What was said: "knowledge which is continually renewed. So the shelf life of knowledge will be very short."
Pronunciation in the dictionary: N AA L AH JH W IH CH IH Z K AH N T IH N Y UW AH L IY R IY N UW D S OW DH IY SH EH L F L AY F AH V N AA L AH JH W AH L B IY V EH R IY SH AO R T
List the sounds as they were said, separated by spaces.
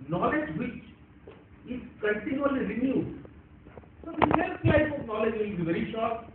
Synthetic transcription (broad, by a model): N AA L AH JH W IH CH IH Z K AH N T IH N Y UW AH L IY R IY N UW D S OW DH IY S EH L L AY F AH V N AA L AH JH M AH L B IY V EH R IY SH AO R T